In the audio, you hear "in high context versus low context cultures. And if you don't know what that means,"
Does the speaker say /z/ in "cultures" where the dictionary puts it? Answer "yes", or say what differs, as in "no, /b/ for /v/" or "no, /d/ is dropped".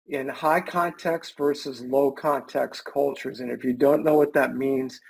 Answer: yes